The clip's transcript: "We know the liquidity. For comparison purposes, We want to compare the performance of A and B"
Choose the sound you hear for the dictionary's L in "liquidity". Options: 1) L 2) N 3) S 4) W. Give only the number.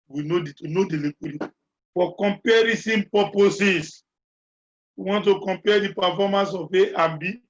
2